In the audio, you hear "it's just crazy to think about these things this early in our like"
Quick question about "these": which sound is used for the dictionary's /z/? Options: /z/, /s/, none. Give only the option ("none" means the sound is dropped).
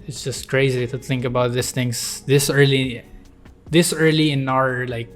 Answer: /s/